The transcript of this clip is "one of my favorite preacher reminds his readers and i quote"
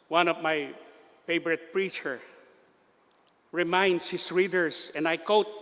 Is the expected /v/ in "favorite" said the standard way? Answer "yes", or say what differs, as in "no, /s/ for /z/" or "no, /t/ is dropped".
no, /b/ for /v/